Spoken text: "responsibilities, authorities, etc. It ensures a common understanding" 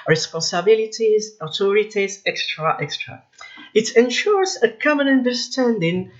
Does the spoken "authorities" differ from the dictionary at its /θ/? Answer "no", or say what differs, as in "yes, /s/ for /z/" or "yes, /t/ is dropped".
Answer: yes, /t/ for /θ/